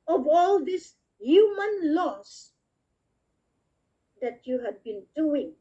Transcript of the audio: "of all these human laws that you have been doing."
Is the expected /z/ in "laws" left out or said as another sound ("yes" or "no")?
yes